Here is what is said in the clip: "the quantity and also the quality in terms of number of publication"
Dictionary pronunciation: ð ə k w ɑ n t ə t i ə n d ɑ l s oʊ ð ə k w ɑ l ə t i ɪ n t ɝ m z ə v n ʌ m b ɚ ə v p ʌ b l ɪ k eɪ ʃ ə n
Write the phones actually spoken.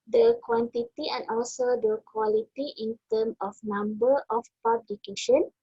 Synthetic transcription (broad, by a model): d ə k w ɑ n t ə t i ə n ɑ l s oʊ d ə k w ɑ l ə t i ɪ n t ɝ m ə f n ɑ m b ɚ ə f p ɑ b l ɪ k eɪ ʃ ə n